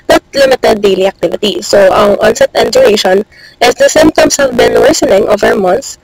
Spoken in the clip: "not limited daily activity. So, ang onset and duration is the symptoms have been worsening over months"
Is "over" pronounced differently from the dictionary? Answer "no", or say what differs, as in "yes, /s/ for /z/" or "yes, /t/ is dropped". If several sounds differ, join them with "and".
no